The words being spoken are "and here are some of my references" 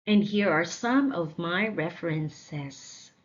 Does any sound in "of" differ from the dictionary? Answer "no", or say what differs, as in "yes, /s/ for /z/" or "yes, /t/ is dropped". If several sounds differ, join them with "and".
no